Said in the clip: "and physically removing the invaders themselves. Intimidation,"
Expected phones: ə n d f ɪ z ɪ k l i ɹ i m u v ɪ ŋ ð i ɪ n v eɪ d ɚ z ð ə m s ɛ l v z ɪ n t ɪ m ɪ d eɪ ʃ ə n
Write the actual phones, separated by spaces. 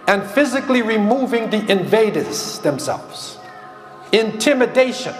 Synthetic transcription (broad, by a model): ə n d f ɪ z ɪ k l i ɹ i m u v ɪ ŋ ð i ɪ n v eɪ d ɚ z ð ə m s ɛ l v z ɪ n t ɪ m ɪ d eɪ ʃ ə n